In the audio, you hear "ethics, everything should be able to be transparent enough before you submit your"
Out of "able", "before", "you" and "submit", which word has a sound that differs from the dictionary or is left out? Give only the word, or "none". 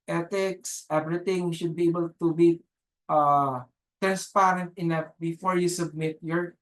none